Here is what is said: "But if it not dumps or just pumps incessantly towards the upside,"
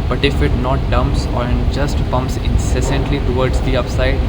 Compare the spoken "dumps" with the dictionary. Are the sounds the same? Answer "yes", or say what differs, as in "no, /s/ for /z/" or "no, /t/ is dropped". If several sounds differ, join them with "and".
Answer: yes